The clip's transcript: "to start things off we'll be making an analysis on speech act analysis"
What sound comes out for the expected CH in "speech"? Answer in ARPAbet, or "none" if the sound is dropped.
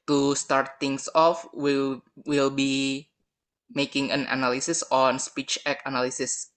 CH